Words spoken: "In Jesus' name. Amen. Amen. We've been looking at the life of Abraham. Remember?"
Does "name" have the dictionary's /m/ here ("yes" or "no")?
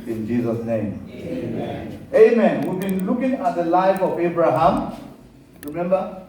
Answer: no